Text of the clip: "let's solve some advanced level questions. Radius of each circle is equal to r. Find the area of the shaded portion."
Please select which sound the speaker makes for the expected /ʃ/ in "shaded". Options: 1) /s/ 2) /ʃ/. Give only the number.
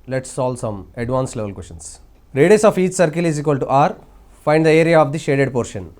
2